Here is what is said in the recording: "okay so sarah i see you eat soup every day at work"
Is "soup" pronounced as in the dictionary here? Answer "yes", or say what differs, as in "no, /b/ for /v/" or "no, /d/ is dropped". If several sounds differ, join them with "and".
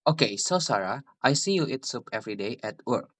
yes